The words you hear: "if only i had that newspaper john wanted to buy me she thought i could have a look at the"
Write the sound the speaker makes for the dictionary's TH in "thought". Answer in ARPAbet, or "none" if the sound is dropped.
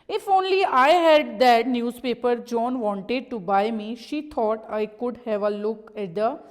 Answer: T